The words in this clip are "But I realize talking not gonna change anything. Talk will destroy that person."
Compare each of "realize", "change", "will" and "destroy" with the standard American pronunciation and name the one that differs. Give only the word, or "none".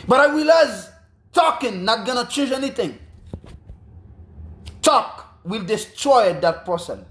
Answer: realize